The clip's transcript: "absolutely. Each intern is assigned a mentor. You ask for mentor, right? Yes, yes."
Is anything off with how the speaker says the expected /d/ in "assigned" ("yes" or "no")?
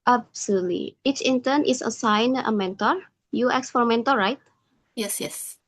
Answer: yes